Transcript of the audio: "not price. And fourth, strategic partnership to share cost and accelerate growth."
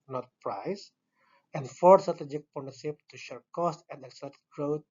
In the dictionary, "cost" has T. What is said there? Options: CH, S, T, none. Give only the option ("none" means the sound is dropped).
T